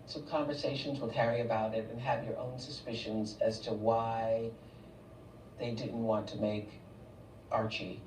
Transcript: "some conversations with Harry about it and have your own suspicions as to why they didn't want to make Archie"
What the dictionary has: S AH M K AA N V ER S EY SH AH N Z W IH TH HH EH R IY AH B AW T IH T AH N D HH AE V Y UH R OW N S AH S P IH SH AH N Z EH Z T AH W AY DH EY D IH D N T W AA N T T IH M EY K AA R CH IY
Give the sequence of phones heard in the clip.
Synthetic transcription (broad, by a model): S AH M K AA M V ER S EY SH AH N Z W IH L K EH R IY AH B AW T IH T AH N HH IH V Y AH R OW N S AH S P IH SH AH N Z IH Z T AH W AY DH EY D IH D N T W AA N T T IH M EY K AA R CH IY